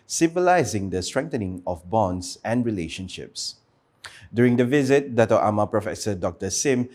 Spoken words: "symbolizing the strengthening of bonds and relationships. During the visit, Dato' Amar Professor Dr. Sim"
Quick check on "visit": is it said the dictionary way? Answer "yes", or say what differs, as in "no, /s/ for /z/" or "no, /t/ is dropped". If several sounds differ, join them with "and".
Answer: yes